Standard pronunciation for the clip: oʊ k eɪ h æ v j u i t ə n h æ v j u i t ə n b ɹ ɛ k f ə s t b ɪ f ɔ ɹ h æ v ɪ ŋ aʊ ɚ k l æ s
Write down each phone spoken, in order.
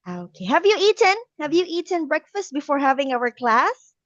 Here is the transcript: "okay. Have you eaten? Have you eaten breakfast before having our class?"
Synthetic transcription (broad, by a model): oʊ k eɪ h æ v j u i t ə n h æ v j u i t ə n b ɹ ɛ k f ə s t b ɪ f ɔ ɹ h æ v ɪ ŋ aʊ ɚ k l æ s